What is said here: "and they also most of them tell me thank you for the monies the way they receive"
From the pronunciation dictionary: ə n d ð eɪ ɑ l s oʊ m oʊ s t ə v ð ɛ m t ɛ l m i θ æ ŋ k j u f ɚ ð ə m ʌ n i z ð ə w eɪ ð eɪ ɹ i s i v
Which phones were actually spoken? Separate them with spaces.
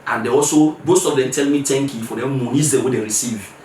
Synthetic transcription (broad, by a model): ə n d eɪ ɑ l s oʊ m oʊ s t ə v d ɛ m t ɛ l m i t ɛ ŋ k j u f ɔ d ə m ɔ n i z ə w eɪ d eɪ ɹ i s i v